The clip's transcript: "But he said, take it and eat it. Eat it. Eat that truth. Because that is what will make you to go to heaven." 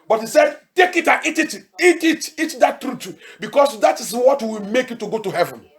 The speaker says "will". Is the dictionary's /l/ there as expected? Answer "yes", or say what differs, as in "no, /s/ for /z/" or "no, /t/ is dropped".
no, /w/ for /l/